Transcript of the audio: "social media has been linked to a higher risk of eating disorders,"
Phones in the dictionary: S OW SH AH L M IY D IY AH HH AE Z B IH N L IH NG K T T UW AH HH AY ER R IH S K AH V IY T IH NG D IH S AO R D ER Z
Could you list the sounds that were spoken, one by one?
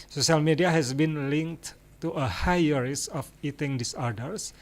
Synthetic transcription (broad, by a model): S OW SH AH L M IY D IY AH HH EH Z B IH N L IH NG K T T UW AH HH AY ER R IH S AH F IY T IH NG D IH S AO R D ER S